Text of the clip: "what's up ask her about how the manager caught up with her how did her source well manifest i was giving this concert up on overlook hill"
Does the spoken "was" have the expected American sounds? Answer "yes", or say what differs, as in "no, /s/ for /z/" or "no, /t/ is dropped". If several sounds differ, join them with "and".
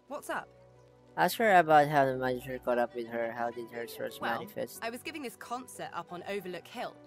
yes